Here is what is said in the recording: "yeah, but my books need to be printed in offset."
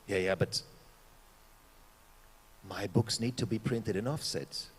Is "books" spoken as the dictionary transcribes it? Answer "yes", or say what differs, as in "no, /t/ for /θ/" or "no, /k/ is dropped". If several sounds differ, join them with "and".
yes